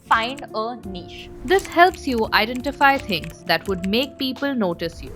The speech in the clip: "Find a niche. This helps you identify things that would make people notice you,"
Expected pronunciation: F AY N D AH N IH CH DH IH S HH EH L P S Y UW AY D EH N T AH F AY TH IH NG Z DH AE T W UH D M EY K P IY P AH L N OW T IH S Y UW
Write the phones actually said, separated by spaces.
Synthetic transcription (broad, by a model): F AY N D AH N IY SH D IH S HH EH L P S Y UW AY D EH N T AH F AY T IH NG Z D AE T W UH D M EY K P IY P AH L N OW T IH S Y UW